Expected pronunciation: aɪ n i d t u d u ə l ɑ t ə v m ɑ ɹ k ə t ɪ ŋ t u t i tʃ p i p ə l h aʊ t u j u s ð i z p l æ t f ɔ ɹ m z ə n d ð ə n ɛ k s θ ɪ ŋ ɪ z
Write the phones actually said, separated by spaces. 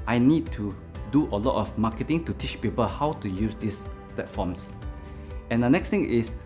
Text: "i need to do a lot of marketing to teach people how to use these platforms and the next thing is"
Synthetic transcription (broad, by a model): aɪ n i d t u d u ə l ɑ t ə f m ɑ k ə t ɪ ŋ t u t i tʃ p i p ə l h aʊ t u j u s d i s p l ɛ t f ɔ m s ə n d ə n ɛ k s t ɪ ŋ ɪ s